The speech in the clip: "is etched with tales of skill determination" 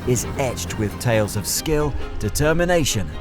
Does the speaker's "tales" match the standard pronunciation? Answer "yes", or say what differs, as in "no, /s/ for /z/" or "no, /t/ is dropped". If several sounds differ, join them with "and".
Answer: yes